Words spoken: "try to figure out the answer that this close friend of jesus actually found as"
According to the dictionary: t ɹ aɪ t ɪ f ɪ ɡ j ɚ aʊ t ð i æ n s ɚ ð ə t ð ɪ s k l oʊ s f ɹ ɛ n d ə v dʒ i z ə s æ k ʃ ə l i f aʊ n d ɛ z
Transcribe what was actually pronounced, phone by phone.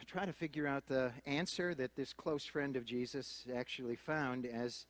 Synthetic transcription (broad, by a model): t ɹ aɪ t ɪ f ɪ ɡ j ɚ aʊ t ð i æ n s ɚ ð ə t ð ɪ s k l oʊ s f ɹ ɛ n d ə v dʒ i z ə s æ k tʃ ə l i f aʊ n d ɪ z